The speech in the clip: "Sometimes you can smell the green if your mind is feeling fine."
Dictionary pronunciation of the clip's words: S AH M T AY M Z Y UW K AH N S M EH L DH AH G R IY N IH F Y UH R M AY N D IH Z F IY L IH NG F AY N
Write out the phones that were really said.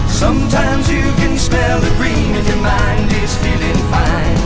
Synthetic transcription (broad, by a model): S AH M T AY M Z Y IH K AH N S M EH L DH AH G R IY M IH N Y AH R M AY N D IH Z F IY L IH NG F AY N